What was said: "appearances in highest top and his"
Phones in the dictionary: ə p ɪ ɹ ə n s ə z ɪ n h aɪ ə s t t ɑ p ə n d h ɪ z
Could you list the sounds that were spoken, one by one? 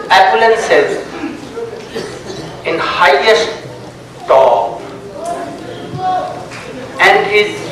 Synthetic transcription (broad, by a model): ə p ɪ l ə n s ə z ɪ n h aɪ ə s t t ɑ ə n d h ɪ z